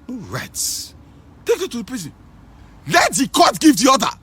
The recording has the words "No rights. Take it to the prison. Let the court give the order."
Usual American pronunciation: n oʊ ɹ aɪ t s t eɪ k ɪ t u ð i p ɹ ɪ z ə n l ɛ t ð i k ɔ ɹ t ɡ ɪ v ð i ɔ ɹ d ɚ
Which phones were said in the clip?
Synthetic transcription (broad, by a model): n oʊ ɹ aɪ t t eɪ k ɪ t u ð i p ɹ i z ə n l ɛ t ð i k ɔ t ɡ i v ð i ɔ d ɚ